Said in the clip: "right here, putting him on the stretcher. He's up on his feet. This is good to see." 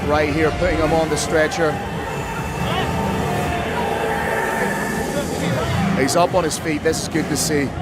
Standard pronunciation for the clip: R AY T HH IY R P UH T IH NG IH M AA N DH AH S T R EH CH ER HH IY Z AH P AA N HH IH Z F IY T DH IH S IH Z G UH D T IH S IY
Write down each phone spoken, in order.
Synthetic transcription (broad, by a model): R AY T HH IY R P UH T IH NG IH M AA N DH AH S T R EH CH ER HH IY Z AH P N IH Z F IY T DH IH S IH Z G UH D T IH S IY